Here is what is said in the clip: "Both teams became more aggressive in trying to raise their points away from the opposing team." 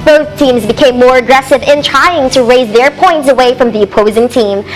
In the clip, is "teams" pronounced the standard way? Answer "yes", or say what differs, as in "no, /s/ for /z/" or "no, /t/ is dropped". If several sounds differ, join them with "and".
yes